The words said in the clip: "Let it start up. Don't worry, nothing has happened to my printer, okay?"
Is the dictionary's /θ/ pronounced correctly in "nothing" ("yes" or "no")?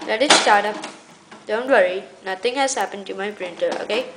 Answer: no